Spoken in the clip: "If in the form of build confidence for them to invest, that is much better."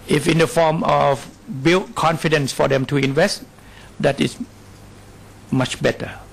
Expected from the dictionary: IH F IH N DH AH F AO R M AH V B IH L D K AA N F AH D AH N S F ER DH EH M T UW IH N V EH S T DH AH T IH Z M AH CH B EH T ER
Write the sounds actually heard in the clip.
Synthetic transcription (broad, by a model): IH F IH N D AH F AO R M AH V B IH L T K AA N F AH D AH N S F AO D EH M T UW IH N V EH S T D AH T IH S M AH CH B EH T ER